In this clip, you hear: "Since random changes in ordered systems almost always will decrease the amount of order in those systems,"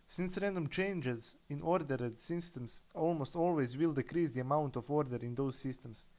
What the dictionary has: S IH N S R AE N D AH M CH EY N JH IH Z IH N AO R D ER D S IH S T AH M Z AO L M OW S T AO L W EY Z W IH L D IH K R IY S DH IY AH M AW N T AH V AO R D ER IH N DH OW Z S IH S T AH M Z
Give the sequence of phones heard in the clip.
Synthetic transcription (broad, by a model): S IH N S R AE N D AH M CH EY N JH IH Z IH N AO R D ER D S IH S T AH M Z AO L M OW S T AO L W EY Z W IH L D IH K R IY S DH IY AH M AW N T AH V AO R D ER IH N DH OW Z S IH S T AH M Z